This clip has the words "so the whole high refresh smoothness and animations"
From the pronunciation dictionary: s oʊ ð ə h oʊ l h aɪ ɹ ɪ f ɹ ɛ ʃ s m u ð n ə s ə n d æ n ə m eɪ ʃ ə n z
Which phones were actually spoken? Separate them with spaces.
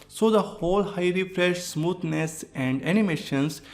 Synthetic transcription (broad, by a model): s oʊ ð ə h oʊ l h aɪ ɹ ɪ f ɹ ɛ ʃ s m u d n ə s ə n d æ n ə m eɪ ʃ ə n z